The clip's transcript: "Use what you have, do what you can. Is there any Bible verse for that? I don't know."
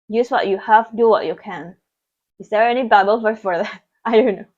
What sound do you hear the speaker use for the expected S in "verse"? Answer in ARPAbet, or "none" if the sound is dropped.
none